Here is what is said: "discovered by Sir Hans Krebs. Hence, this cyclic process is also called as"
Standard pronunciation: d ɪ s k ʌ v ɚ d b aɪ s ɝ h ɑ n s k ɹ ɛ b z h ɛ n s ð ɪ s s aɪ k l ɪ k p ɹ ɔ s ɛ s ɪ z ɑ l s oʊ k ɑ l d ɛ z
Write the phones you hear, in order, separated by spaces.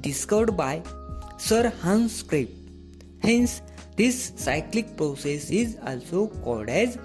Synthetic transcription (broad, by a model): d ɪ s k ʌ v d b aɪ s ɝ h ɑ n s k ɹ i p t h ɛ n s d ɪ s s aɪ k l ɪ k p ɹ ɔ s ɛ s ɪ z ɑ l s oʊ k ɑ d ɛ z